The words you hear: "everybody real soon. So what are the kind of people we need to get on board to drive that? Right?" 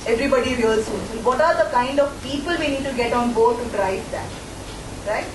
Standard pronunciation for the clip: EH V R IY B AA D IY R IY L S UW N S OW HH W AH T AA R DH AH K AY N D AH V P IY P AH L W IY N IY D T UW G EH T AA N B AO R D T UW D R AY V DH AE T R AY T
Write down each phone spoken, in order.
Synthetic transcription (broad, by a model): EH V R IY B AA D IY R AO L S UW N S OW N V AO T AA R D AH K AY N D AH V P IY P AH L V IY N IY D T UW G EH T AA N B AO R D T UW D R AY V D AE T R AY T